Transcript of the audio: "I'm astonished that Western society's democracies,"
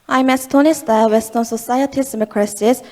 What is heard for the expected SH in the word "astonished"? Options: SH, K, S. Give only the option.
S